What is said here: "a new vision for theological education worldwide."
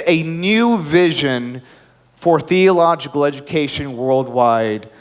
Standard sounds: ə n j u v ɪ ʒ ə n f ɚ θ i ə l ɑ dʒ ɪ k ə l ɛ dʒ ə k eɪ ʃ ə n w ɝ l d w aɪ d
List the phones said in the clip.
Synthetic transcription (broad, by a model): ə n j u v ɪ ʒ ə n f ɚ θ i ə l ɑ dʒ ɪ k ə l ɛ dʒ ə k eɪ ʃ ə n w ɝ l d w aɪ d